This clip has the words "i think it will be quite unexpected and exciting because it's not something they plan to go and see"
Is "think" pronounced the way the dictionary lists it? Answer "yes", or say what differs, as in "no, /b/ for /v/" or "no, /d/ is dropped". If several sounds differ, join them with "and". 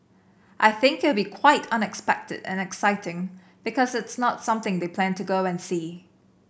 yes